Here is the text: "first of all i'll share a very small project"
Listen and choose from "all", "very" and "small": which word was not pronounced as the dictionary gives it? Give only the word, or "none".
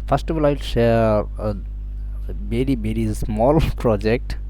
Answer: very